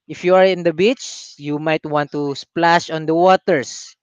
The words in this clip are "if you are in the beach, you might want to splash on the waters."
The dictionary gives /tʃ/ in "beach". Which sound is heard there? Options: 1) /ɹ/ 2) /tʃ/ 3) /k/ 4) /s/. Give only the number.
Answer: 2